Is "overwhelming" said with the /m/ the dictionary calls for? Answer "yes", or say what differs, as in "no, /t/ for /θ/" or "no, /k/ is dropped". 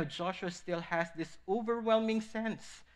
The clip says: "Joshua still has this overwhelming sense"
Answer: yes